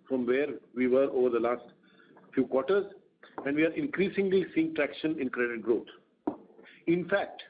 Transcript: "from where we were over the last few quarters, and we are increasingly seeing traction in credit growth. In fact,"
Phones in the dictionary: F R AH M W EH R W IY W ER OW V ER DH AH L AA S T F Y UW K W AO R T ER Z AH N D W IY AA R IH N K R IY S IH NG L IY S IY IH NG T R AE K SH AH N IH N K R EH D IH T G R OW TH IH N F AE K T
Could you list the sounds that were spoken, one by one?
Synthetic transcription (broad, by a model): F R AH M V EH R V IY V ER OW V ER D AH L AA S T F Y UW K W AO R T ER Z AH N D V IY AA R IH N K R IY S IH NG L IY S IY IH NG T R AE K SH AH N IH N K R EH D IH T G R OW T IH N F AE K T